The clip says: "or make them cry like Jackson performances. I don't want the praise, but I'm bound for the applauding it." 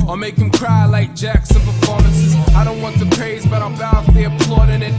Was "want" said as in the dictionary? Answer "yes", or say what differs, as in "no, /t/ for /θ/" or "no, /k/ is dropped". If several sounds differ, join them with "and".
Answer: yes